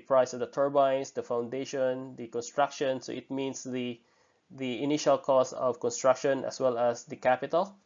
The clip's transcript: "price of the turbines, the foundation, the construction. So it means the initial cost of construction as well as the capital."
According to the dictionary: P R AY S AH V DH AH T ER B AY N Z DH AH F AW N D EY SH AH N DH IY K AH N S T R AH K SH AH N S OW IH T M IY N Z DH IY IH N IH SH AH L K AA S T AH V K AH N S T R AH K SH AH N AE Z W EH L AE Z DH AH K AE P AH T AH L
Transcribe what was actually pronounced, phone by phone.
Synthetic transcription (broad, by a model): P R AY S AH V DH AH T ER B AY N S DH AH F AW N D EY SH AH N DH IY K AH N S T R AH K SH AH N S OW IH T M IY N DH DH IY IH N IH SH AH L K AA S AH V K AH N S T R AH K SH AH N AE S W EH L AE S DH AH K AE P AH T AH L